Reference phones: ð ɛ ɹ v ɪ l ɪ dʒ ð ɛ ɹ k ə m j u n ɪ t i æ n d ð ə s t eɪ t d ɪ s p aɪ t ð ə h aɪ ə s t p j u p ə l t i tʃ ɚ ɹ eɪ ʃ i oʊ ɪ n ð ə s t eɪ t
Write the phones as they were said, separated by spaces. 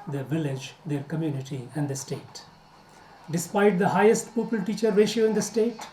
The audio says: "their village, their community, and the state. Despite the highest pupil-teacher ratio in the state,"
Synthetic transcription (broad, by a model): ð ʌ v ɪ l ɪ dʒ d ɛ ɹ k ə m j u n ɪ t i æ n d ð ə s t eɪ t d ɪ s p aɪ t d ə h aɪ ə s t p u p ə l t i tʃ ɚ ɹ eɪ ʃ i oʊ ɪ n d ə s t eɪ t